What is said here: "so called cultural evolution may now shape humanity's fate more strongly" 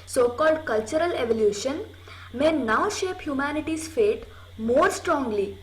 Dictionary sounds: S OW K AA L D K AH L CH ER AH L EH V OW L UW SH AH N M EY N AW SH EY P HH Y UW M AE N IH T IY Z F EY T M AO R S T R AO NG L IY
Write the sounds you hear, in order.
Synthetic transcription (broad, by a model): S OW K AA L D K AH L CH ER AH L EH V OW L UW SH AH N M EY N AW SH EY P HH Y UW M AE N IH T IY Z F EY T M AO R S T R AO NG L IY